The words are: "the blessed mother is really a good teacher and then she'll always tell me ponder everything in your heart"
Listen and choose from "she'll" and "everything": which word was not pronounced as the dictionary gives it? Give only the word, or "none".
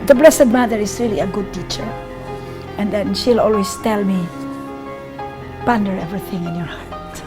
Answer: none